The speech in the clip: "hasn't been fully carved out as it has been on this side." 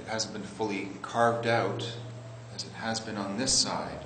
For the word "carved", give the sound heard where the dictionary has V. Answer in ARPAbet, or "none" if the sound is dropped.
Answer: V